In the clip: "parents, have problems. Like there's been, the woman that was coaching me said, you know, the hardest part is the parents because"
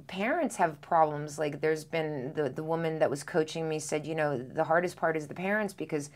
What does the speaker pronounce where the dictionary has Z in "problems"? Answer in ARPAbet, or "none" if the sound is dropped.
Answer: Z